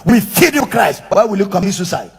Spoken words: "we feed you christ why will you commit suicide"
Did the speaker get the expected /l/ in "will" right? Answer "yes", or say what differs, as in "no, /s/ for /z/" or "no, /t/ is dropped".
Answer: yes